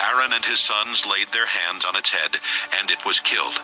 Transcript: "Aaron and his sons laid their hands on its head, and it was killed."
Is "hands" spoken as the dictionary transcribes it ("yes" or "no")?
yes